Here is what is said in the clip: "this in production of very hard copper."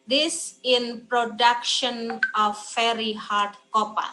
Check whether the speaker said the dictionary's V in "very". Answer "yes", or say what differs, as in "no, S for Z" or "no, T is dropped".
no, F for V